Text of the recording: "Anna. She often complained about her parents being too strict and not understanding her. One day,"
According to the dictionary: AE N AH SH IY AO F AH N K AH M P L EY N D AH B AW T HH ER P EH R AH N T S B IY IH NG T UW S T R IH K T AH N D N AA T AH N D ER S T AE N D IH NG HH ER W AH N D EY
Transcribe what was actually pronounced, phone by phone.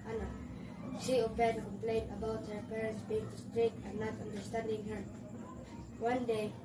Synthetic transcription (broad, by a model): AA N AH SH IY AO P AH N K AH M P L EY N AH B AW T HH ER P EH R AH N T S B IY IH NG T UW S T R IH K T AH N N AA T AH N D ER S T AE N D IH NG HH ER W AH N D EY